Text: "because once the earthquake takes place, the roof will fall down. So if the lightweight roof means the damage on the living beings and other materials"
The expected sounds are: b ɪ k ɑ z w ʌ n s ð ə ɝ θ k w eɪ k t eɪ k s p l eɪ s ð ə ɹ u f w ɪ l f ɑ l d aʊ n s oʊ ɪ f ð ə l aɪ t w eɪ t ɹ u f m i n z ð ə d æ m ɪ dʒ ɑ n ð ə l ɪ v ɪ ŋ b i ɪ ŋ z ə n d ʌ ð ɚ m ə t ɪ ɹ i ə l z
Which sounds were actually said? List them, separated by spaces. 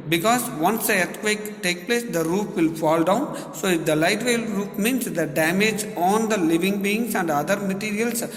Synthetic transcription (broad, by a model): b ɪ k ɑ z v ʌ n s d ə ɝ t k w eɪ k t eɪ k p l eɪ s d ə ɹ u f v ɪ l f ɑ l d aʊ n s oʊ ɪ f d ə l aɪ t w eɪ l ɹ u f m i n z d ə d æ m ɪ dʒ ɑ n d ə l ɪ v ɪ ŋ b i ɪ ŋ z ə n d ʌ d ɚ m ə t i ɹ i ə l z